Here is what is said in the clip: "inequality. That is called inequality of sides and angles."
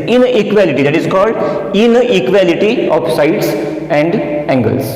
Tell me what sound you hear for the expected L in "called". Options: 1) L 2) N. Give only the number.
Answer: 1